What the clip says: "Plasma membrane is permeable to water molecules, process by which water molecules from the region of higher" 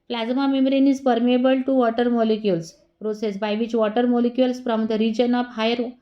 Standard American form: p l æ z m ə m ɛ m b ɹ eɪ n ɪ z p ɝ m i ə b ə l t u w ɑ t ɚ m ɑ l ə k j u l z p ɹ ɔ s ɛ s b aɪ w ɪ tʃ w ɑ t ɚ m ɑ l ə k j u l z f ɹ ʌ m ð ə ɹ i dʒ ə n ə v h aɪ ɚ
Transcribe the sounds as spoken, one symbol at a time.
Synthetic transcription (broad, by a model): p l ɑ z m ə m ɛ m ɹ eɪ n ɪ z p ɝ m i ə b ə l t u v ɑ t ɚ m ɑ l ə k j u l s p ɹ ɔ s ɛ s b aɪ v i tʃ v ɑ t ɚ m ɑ l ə k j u l s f ɹ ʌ m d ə ɹ i dʒ ə n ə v h aɪ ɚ